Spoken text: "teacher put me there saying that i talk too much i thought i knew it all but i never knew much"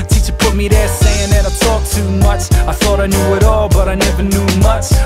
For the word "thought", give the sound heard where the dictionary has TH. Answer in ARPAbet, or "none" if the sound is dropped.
TH